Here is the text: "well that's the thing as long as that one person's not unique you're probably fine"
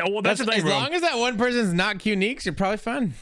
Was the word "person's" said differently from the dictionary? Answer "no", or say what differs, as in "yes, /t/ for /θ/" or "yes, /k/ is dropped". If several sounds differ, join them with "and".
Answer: no